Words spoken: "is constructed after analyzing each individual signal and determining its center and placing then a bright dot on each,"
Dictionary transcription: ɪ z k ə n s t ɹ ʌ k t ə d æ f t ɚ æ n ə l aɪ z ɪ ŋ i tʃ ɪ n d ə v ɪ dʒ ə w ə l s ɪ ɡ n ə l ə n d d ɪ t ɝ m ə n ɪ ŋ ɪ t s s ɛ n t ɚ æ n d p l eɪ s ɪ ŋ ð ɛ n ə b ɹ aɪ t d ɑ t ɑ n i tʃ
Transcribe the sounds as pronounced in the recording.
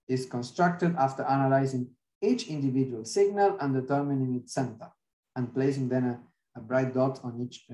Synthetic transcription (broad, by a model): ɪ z k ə n s t ɹ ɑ k t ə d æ f t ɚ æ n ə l aɪ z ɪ ŋ i tʃ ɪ n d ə v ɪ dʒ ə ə l s ɪ ɡ n ə l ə n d d ɪ t ɝ m ə n ɪ ŋ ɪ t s s ɛ n t ɚ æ n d p l eɪ s ɪ ŋ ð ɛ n ə b ɹ aɪ t d ɑ t ɑ n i tʃ